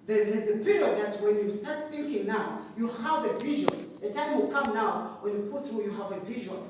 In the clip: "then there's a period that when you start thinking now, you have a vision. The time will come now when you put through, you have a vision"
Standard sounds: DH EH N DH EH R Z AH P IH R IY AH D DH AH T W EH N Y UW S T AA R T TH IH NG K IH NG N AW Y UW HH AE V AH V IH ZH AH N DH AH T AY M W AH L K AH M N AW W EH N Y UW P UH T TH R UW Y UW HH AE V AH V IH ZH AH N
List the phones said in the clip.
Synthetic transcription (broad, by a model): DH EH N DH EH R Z AH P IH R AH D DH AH T W EH N Y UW S T AA R T TH IH NG K IH NG N AW Y UW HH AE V AH V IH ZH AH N DH AH T AY M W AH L K AH M N AW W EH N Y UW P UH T TH R UW Y UW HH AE V AH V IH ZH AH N